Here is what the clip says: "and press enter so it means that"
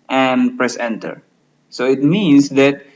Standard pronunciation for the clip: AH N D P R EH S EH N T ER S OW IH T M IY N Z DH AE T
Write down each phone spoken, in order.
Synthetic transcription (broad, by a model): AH N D P R EH S EH N T ER S OW IH T M IY N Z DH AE T